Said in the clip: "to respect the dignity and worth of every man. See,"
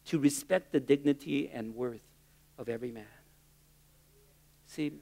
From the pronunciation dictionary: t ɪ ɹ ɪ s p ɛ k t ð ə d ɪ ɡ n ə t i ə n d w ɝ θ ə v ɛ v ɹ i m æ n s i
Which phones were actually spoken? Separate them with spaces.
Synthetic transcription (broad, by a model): t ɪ ɹ ɪ s p ɛ k t ð ə d ɪ ɡ n ə t i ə n w ɝ θ ə v ɛ v ɹ i m æ n s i